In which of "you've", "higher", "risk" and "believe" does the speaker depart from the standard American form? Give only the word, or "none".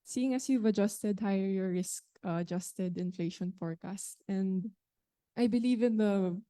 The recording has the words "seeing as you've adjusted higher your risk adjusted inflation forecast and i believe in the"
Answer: none